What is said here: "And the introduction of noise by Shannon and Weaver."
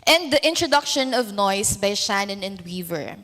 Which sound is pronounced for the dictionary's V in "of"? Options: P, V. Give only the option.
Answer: V